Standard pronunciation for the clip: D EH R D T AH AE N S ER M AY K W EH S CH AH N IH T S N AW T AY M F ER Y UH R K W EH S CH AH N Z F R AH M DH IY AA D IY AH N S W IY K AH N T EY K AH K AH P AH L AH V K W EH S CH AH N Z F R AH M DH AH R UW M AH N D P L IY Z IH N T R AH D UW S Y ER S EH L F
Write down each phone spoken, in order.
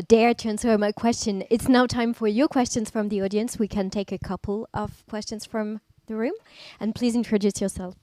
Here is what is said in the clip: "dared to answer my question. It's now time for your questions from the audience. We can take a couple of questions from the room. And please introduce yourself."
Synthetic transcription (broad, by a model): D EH R T AH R N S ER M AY K W EH S CH AH N IH T S N AW T AY M F ER Y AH R K W EH S CH AH N Z F R AH M DH IY AA D IY AH N S W IY K AH N T EY K AH K AH P L AH V K W EH S CH AH N Z F R AH M DH AH R UW M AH N P L IY Z IH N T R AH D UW S Y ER S EH L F